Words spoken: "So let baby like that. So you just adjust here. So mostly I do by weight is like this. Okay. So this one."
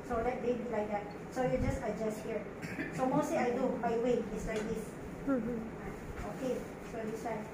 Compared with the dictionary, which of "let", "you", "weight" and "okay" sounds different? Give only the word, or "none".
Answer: weight